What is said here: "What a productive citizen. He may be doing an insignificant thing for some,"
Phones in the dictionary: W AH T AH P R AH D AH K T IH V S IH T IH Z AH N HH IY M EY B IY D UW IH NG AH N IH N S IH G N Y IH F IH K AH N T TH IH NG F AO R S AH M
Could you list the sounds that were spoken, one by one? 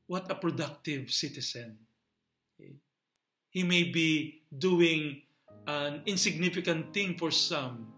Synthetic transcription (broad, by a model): W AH T AH P R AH D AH K T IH V S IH T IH S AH N HH IY M EY B IY D UW IH NG AH N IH N S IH G N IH F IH K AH N T TH IH NG F AO R S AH M